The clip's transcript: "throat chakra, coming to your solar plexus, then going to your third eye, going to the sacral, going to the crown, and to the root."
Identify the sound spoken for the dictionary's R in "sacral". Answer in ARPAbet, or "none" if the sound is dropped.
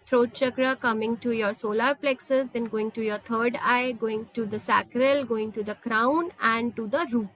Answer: R